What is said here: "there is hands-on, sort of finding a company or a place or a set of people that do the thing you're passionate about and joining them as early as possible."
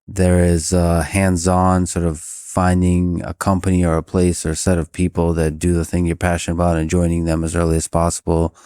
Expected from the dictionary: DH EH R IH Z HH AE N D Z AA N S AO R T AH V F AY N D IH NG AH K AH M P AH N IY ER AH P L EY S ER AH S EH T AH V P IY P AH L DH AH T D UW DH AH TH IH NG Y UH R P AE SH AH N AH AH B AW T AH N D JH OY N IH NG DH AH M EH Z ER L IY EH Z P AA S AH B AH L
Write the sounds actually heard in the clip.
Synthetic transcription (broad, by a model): DH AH R IH Z HH AE N D Z AA N S AO R T AH V F AY N D IH NG AH K AH M P AH N IY ER AH P L EY S ER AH S EH T AH V P IY P L DH AH T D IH DH AH TH IH NG Y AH R P AE SH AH N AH AH B AW T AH N JH OY N IH NG DH AH M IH Z ER L IY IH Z P AA S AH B L